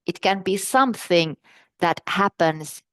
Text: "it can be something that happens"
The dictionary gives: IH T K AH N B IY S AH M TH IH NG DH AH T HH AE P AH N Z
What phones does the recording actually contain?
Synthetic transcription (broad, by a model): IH T K AH N B IY S AH M TH IH NG DH AH T HH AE P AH N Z